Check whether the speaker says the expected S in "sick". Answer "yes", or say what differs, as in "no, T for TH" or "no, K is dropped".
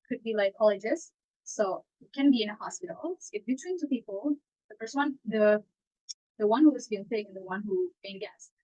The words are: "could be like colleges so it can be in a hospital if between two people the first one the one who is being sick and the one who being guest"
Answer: no, TH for S